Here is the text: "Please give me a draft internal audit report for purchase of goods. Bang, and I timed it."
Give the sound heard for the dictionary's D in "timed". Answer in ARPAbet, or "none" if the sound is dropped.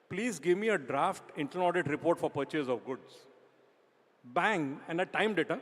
D